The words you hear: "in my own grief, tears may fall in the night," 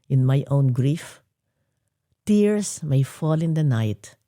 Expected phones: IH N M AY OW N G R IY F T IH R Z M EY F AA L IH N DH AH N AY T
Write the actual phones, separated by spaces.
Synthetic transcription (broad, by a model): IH N M AY OW N G R IY F T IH R S M EY F AA L IH N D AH N AY T